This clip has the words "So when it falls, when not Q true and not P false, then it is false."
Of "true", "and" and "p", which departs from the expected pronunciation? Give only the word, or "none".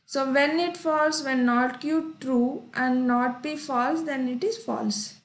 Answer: p